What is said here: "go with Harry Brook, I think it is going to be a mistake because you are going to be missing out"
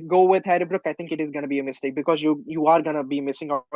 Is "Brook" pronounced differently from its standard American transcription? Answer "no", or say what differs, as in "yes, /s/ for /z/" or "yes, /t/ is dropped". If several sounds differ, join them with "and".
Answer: no